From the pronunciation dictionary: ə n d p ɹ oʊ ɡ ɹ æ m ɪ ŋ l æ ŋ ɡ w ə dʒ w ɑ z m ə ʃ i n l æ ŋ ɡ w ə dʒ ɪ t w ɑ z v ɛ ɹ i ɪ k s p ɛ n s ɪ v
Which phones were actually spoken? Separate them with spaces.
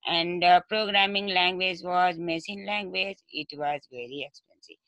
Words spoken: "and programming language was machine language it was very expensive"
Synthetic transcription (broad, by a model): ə n d p ɹ oʊ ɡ ɹ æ m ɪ ŋ l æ ŋ ɡ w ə dʒ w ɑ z m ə s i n l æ ŋ ɡ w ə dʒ ɪ t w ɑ z v ɛ ɹ i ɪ k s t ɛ n s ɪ